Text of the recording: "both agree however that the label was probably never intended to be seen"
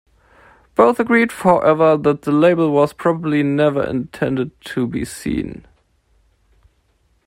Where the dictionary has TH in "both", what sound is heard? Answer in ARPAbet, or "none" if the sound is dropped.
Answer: TH